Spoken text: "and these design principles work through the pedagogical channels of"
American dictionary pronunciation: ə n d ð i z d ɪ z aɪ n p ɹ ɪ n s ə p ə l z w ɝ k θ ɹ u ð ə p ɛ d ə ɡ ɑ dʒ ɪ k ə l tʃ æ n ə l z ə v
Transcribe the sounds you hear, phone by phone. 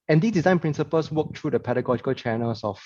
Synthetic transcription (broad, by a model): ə n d i s d ɪ z aɪ n p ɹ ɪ n s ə p ə l s w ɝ k t ɹ u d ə p ɛ d ə ɡ ɑ dʒ ɪ k ə l tʃ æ n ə l s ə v